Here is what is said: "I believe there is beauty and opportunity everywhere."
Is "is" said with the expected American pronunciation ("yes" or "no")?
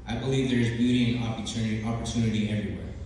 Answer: yes